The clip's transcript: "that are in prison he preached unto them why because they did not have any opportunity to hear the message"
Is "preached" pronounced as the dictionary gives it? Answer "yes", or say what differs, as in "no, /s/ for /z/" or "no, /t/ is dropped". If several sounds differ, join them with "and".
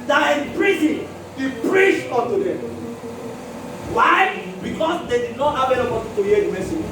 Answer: no, /t/ is dropped